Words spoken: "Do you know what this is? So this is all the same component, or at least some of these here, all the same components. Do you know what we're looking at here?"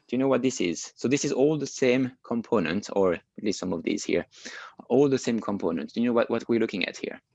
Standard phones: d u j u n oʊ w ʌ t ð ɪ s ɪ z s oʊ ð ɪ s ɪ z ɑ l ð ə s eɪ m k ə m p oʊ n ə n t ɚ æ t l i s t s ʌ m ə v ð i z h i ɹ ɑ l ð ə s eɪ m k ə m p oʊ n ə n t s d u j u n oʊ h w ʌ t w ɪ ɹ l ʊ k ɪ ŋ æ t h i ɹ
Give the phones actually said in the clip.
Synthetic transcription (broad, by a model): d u j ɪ n oʊ w ʌ t ð ɪ s ɪ z s oʊ ð ɪ s ɪ z ɑ l ð ə s eɪ m k ə m p oʊ n ə n t ɚ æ t l i s t s ʌ m ə v ð i z h i ɹ ɑ l ð ə s eɪ m k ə m p oʊ n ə n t d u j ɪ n oʊ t w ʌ t w ɪ ɹ l ʊ k ɪ ŋ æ t h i ɹ